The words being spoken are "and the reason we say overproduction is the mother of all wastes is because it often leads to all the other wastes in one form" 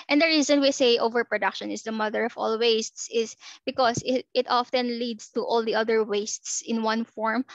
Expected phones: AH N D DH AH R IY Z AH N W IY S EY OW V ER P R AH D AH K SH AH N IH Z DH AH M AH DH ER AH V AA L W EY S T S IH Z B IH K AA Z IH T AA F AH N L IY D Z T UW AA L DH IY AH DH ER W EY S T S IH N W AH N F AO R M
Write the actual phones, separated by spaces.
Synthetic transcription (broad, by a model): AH N D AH R IY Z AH N W IY S EY OW V ER P R AH D AH K SH AH N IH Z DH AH M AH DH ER AH V AA L W EY S T S IH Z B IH K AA S IH T AA F AH N L IY D S T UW AA L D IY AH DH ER W EY S T S IH N W AH N F AO R M